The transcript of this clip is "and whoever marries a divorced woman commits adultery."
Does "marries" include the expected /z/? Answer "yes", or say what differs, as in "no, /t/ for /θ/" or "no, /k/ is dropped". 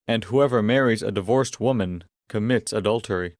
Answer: yes